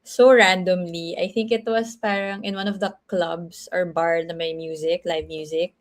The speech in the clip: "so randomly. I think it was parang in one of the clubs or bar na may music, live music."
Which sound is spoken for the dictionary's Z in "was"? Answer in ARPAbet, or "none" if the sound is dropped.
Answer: S